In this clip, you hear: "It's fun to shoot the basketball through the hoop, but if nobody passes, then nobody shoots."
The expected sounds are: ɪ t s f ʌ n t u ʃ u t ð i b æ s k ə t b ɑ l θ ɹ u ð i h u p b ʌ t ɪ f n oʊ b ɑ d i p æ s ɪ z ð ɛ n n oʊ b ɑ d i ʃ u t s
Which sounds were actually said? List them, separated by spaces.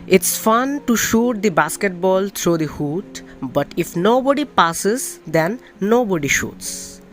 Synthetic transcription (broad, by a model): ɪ t s f ʌ n t u ʃ u t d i b æ s k ə t b ɑ l t ɹ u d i h u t b ʌ t ɪ f n oʊ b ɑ d i p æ s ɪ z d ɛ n n oʊ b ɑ d i ʃ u t s